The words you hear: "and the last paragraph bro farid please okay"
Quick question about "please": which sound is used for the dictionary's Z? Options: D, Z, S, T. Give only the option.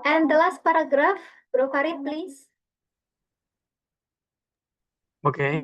S